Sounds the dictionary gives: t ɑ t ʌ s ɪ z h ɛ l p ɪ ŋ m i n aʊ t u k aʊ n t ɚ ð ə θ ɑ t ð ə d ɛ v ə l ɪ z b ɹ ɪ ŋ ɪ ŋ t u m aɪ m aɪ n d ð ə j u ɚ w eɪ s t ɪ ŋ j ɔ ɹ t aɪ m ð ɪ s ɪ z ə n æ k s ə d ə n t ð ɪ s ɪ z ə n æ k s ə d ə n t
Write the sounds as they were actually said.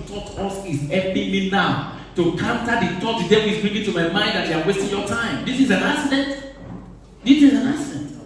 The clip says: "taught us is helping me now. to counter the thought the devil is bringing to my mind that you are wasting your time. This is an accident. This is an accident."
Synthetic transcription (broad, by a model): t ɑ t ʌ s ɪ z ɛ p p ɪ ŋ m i n aʊ t u k aʊ n t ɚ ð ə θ ɑ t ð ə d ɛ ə w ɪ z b ɹ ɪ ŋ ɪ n t u m aɪ m aɪ n d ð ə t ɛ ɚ w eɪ s t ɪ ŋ j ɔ t aɪ m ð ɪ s ɪ z ə n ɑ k s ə d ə n t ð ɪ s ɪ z ə n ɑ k s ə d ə n t